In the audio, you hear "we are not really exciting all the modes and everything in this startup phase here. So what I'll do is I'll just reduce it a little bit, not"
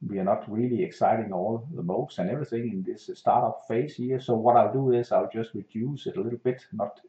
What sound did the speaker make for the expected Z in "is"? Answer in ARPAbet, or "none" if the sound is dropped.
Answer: S